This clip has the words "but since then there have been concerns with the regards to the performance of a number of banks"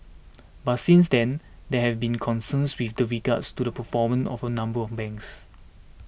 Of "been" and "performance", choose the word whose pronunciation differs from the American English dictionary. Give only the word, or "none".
performance